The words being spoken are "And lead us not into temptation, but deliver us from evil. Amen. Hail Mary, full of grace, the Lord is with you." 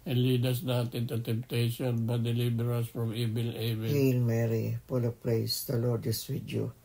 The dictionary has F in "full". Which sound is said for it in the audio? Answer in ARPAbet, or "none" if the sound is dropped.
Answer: P